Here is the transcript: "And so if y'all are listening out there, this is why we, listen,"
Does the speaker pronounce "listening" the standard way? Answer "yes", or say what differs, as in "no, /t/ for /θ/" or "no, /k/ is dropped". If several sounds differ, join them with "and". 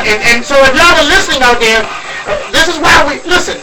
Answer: yes